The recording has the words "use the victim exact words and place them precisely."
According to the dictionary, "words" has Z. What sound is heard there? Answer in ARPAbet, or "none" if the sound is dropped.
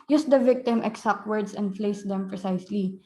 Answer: S